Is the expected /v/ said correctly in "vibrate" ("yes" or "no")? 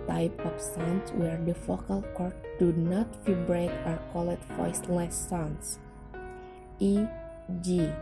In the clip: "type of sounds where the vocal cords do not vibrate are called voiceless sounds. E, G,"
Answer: no